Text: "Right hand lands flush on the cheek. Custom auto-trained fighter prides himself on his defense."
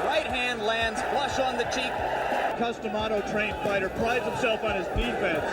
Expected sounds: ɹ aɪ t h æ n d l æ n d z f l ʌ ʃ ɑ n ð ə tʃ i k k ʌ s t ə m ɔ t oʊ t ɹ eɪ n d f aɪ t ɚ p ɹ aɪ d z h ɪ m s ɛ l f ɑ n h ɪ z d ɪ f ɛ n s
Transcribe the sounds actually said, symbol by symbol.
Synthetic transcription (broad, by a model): ɹ aɪ t h æ n d l æ n d z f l ʌ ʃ n ð ə tʃ i k k ʌ s t ə m ɔ t oʊ t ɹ eɪ n f aɪ t ɚ p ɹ aɪ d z h ɪ m s ɛ l f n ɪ z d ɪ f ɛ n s